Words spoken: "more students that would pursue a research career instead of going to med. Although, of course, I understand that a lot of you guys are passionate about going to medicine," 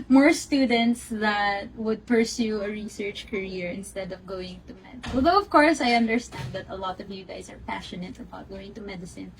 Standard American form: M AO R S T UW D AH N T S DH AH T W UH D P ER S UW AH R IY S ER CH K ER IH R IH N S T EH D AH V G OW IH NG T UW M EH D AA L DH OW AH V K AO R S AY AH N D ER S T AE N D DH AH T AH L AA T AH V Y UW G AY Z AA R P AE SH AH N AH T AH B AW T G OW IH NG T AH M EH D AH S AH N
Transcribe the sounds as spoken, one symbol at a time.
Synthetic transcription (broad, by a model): M AO R S T UW D AH N T S DH AH T W UH D P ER S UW AH R IY S ER CH K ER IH R IH N S T EH D AH V G OW IH NG T UW M EH D AA L DH OW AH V K AO R S AY AH N D ER S T AE N D DH AH T AH L AA T AH V Y UW G AY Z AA R P AE SH AH N AH T AH B AW T G OW IH NG T AH M EH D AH S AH N